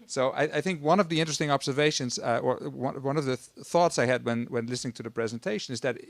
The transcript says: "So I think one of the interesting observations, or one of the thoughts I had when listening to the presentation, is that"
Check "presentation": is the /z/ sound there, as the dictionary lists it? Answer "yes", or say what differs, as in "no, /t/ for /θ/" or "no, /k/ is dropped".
yes